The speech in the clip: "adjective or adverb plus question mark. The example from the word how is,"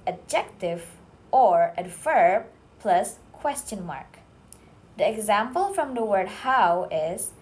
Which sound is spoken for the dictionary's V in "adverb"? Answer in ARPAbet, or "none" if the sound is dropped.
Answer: F